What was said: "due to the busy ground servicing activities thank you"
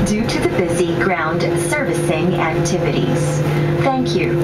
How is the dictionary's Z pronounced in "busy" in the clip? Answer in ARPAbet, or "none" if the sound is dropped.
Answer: Z